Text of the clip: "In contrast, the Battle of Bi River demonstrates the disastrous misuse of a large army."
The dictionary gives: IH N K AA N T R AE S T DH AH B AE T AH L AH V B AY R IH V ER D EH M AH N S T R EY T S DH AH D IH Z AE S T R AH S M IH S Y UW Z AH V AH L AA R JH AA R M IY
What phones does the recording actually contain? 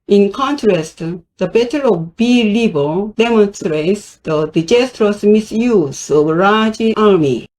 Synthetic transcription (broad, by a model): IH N K AA N T R AE S T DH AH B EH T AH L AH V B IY L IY B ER D EH M AH N S T R EY T S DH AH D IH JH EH S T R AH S M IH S Y UW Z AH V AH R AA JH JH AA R M IY